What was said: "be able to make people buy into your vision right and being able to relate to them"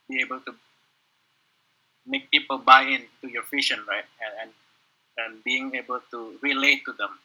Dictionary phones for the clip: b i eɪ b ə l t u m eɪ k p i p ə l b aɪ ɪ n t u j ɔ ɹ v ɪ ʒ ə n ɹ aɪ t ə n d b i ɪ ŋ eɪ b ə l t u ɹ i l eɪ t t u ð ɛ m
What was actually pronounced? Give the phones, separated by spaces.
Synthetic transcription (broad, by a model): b i eɪ b ə l t u m eɪ k p i p ə l b aɪ ɪ n t u j ɔ ɹ f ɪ ʃ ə n ɹ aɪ t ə n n b i ɪ ŋ eɪ b ə l t u ɹ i l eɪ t t u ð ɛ m